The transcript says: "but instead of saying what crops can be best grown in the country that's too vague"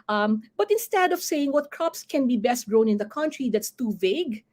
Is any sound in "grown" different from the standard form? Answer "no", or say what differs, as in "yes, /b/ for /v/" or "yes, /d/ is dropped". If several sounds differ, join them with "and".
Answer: no